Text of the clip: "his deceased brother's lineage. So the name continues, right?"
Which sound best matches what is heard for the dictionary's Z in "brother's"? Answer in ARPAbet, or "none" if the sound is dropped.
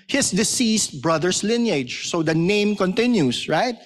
S